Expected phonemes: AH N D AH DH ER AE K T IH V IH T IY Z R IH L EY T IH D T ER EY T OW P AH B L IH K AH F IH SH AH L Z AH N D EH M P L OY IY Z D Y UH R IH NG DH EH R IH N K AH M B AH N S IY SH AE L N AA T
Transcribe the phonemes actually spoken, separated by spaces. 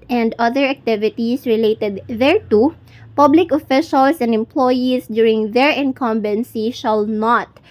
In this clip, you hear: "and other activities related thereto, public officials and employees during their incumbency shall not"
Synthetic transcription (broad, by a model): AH N D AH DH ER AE K T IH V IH T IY S R IH L EY T IH D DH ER T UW P AH B L IH K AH F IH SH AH L S AH N D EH M P L OY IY S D Y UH R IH NG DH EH R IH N K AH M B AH N S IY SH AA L N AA T